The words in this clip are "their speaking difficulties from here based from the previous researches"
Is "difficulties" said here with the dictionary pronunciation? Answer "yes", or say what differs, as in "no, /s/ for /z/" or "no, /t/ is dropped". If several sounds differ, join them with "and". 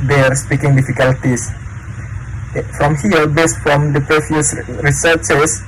no, /s/ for /z/